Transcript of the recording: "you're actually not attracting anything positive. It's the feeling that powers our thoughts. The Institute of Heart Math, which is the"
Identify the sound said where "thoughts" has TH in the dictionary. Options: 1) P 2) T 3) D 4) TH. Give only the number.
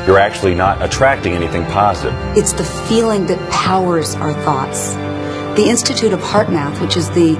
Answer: 4